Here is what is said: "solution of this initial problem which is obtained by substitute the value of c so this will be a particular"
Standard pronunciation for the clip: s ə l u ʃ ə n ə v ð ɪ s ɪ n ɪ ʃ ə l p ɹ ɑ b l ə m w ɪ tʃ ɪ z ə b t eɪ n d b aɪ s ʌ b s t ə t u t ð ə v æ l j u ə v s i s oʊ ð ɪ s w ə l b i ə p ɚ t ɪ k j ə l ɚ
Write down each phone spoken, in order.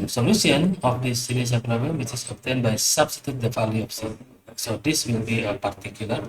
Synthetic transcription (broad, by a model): s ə l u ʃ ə n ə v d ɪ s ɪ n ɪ s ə n p ɹ ɑ b l ə m w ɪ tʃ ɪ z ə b t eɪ n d b aɪ s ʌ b s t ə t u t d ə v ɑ l j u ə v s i s oʊ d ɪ s w ə l b i ə p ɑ t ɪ k j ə l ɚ